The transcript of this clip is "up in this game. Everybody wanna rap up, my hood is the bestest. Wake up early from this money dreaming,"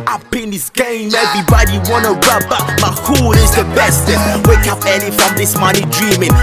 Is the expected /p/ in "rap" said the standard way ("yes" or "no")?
no